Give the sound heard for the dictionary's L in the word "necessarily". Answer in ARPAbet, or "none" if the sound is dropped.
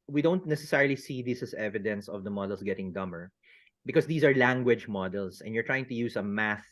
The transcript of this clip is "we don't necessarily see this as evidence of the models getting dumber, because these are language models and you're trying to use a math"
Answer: L